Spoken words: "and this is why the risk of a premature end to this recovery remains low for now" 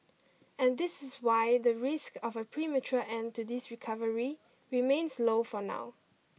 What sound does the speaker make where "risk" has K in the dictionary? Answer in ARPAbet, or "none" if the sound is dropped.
K